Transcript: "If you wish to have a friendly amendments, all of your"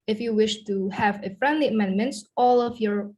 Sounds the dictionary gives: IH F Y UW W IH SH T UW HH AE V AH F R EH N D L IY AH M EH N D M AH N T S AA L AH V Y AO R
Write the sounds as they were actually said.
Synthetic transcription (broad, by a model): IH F Y UW W IH SH T UW HH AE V AH F R EH N D L IY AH M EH N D M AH N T AA L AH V Y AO R